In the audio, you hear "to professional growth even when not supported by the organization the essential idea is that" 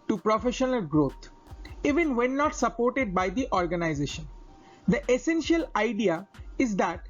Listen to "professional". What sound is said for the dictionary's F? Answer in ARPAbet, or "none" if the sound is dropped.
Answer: F